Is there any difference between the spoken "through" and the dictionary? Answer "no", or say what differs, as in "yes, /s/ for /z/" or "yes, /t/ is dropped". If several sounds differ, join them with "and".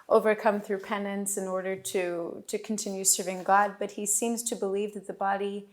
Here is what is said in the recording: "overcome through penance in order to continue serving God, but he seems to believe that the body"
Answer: no